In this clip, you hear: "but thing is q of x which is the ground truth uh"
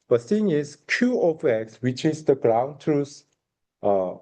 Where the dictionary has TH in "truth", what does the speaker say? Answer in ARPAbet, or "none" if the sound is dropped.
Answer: S